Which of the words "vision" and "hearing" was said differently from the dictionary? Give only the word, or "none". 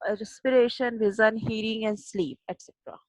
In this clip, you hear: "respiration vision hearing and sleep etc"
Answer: vision